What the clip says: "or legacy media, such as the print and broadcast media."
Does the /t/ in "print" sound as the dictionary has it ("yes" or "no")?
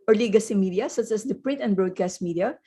yes